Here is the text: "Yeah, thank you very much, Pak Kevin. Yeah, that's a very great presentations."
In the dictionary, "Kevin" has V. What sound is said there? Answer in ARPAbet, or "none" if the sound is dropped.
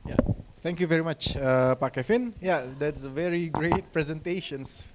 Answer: F